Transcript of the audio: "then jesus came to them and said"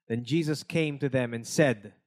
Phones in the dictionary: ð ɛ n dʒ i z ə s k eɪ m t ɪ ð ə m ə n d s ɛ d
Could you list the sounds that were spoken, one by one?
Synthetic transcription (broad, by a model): ð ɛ n dʒ i z ə s k eɪ m t ɪ ð ə m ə n s ɛ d